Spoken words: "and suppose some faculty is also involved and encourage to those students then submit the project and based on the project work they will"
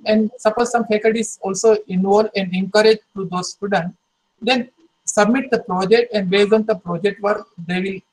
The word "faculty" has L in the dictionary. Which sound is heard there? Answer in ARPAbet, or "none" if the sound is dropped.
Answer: none